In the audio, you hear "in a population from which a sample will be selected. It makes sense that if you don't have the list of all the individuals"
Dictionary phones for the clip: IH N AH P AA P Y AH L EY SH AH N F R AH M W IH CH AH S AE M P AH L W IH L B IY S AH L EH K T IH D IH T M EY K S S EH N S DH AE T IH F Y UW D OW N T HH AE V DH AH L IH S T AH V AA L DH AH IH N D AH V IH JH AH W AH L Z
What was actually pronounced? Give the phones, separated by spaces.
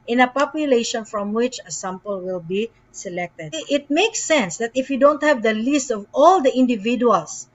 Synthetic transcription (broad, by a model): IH N AH P AA P Y AH L EY SH AH N F R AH M W IH CH AH S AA M P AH L W IH L B IY S AH L EH K T IH D IH T M EY K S S EH N S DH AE T IH F Y UW D OW N T HH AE V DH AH L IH S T AH V AA L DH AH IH N D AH V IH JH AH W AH L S